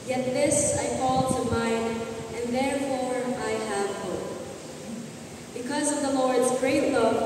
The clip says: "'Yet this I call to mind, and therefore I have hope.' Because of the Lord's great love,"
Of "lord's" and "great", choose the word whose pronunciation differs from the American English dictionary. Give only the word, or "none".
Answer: none